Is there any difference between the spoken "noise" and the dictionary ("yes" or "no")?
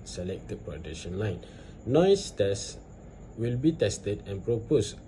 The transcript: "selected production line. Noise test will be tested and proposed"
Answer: yes